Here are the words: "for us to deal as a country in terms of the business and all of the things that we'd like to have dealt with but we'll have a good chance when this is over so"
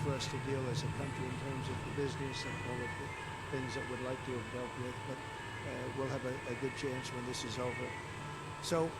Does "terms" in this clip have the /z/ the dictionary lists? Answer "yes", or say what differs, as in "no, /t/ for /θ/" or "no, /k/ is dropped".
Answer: yes